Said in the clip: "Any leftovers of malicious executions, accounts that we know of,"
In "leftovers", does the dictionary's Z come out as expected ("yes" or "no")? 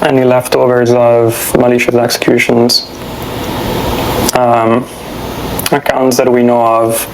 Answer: yes